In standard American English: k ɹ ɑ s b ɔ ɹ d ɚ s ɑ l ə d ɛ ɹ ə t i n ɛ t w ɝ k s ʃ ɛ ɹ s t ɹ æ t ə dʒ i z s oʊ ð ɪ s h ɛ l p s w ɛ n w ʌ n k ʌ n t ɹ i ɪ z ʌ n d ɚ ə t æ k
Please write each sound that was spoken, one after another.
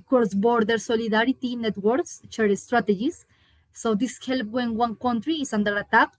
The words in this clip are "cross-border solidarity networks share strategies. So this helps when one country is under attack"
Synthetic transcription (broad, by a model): k ɹ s b ɔ ɹ d ɚ s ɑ l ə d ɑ ɹ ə t i n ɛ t w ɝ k s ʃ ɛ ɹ s t ɹ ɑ t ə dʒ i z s oʊ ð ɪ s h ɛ l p w ɛ n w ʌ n k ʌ n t ɹ i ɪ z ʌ n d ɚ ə t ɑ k